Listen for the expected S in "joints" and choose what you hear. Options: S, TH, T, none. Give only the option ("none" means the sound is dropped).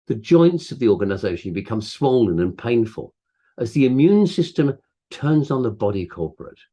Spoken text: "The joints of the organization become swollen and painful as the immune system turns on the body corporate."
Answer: S